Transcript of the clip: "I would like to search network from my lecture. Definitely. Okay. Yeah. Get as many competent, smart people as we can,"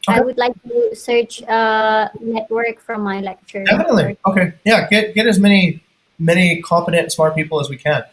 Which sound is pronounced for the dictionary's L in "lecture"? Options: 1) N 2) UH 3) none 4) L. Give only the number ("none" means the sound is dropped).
4